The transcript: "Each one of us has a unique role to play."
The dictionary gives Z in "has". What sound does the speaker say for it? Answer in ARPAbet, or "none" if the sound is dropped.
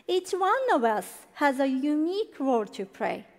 Z